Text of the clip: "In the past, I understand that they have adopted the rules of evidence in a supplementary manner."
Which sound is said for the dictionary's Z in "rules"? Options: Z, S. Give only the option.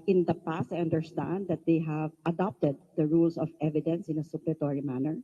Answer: S